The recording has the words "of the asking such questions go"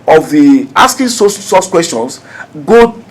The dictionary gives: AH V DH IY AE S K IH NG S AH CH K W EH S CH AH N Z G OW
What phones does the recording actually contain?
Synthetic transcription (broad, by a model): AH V DH IY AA S K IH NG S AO S K W EH S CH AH N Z G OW